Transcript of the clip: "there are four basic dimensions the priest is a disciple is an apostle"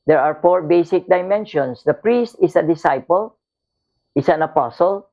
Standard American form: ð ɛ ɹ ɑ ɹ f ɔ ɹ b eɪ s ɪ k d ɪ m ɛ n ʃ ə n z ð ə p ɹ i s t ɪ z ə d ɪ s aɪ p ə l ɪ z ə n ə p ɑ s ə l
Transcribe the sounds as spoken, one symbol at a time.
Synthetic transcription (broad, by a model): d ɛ ɹ ɑ ɹ f ɔ ɹ b eɪ s ɪ k d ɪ m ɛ n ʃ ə n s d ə p ɹ i s t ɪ s ə d ɪ s aɪ p ə l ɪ s ə n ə p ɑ s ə l